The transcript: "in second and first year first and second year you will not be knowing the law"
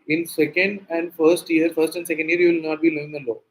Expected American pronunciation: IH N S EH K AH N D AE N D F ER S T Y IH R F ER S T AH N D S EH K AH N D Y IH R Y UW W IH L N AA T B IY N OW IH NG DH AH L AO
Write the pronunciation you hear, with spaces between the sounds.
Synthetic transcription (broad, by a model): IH N S EH K AH N D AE N D F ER S T Y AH R F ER S T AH N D S EH K AH N D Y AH R Y UW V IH L N AA T B IY L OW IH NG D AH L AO